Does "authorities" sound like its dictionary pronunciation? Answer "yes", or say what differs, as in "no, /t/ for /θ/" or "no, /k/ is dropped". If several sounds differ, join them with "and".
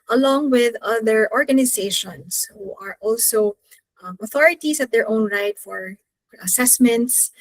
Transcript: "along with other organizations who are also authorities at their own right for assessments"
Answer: no, /s/ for /z/